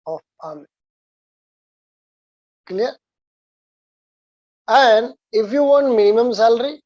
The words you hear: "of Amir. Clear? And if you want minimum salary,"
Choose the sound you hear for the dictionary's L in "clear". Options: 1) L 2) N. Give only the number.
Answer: 2